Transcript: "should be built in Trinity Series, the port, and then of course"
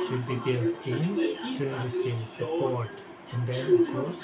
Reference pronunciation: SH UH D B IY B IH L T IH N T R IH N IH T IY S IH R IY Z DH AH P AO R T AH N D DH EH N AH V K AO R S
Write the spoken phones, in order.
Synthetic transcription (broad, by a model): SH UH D B IY B IH L T IH N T IH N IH S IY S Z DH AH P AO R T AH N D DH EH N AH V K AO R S